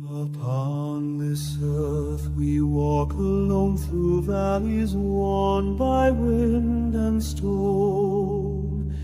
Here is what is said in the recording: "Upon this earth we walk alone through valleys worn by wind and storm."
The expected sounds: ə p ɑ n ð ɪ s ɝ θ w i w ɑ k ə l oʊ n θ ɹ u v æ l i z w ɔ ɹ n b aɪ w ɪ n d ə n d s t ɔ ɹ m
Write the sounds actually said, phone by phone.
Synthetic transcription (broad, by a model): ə p ɑ n ð ɪ s ɝ θ w i w ɑ k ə l oʊ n θ ɹ u v æ l i z w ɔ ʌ n b aɪ w ɪ n d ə n s t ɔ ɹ